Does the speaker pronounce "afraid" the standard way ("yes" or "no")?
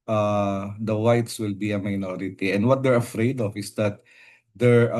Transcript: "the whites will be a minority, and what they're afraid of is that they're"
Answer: yes